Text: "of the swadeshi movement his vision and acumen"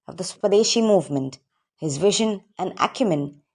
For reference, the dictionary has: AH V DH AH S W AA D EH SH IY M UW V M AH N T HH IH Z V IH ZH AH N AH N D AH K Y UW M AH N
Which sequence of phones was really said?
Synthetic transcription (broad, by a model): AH V DH AH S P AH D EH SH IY M UW V M AH N T HH IH Z V IH ZH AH N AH N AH K Y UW M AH N